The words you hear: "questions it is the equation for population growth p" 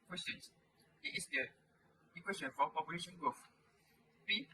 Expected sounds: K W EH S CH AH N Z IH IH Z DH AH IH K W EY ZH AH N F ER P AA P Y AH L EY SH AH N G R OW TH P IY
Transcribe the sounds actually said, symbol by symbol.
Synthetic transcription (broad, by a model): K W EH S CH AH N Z IH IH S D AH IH K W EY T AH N F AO P AA P Y AH L EY SH AH N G OW F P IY